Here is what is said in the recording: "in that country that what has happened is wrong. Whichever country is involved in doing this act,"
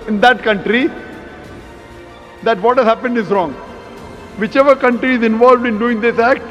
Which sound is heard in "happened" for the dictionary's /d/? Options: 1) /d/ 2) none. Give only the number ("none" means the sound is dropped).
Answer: 1